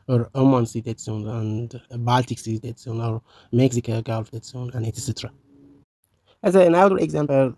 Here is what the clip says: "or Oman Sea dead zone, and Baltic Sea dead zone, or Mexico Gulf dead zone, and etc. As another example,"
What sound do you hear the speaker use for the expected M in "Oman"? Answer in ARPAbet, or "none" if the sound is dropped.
M